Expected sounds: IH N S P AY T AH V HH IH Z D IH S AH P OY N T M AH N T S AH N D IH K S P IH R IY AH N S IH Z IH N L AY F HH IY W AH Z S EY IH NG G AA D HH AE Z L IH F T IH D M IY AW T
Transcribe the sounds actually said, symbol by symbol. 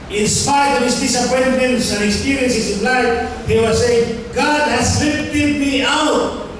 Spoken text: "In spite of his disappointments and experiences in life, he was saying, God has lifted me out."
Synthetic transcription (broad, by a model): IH N S P AY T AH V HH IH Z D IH S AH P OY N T AH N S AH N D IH K S P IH R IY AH N S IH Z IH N L AY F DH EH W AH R S EY IH NG G AA D HH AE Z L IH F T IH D M IY AW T